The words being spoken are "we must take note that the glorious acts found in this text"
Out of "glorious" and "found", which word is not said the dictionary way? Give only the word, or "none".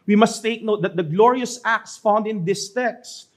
none